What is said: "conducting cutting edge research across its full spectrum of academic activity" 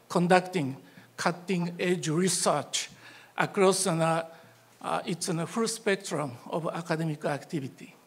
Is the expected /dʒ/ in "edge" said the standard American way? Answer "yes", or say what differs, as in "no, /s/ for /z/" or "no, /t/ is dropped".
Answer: yes